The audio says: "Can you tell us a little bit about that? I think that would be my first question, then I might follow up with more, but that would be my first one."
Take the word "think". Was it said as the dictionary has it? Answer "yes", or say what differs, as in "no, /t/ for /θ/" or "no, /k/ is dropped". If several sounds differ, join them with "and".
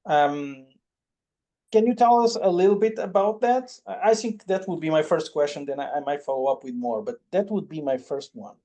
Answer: yes